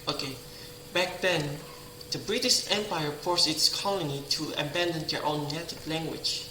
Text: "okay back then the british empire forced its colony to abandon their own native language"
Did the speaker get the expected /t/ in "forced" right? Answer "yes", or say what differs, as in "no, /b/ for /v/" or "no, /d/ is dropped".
no, /t/ is dropped